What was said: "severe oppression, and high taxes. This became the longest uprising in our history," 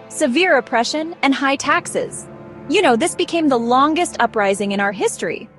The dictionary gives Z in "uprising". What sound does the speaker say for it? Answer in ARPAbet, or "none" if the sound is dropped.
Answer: Z